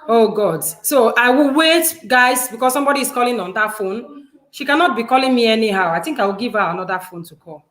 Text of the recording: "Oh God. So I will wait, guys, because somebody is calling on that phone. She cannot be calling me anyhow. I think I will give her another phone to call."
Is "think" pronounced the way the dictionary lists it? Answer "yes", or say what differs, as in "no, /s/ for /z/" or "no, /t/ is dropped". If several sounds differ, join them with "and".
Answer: yes